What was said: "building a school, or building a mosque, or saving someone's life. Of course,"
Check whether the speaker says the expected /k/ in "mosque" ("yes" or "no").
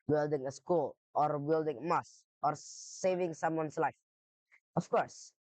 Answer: no